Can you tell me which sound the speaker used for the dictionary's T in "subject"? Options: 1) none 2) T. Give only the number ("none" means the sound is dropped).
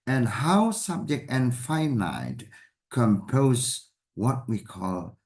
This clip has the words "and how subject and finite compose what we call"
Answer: 2